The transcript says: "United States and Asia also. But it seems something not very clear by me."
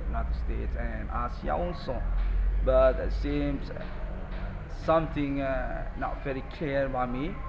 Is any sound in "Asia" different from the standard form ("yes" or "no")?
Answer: yes